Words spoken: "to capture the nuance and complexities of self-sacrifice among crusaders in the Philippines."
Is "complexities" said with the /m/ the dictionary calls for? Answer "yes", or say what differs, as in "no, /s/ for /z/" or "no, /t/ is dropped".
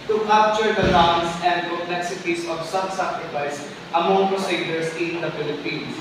no, /m/ is dropped